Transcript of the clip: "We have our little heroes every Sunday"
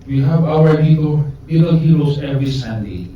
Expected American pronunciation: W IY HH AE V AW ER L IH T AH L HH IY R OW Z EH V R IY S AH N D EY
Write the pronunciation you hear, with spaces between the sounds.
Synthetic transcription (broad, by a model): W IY HH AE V AW ER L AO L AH L HH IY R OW S EH V R IY S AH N D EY